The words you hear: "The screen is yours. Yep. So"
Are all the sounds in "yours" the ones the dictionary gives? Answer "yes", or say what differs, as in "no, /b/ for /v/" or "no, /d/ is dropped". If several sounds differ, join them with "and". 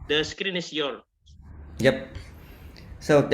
no, /z/ is dropped